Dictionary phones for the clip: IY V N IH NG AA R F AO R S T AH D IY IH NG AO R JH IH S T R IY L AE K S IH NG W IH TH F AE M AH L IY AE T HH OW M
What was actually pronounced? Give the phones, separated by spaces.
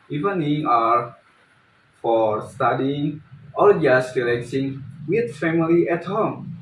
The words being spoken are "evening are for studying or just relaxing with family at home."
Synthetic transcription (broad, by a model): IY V N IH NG AA R F AO R S T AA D IY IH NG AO L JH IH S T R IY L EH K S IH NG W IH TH F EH M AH L IY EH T HH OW M